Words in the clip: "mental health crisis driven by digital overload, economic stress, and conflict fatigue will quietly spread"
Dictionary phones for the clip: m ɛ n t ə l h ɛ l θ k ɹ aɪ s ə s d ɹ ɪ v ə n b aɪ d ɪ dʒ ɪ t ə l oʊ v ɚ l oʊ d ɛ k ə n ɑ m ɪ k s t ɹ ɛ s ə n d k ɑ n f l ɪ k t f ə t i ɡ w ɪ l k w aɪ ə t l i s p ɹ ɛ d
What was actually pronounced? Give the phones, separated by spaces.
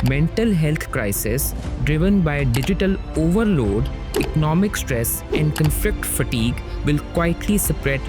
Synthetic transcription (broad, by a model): m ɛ n t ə l h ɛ l t k ɹ aɪ s ə s d ɹ ɪ v ə n b aɪ d ɪ dʒ ɪ t ə l oʊ v ɚ l oʊ d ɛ k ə n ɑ m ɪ k s t ɹ ɛ s ə n d k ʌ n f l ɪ k t f ə t i ɡ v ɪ l k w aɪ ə t l i s p ɹ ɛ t